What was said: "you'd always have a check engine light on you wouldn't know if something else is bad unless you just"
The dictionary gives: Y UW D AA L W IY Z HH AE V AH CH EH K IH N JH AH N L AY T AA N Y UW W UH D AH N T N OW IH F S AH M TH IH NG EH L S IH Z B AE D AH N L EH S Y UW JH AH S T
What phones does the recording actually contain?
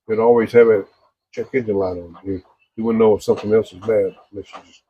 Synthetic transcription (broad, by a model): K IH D AA L W IY Z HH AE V AH CH EH K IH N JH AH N L AY T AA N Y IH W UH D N N OW IH F S AH M TH IH NG EH L S IH Z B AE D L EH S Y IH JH AH S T